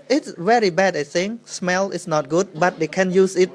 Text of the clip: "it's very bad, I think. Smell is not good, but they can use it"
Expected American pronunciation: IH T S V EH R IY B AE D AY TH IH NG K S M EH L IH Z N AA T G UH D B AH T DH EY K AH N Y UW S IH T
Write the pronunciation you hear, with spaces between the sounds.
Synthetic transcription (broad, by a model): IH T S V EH R IY B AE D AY S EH NG S M EH L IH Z N AA T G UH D B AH T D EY K AH N Y UW S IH T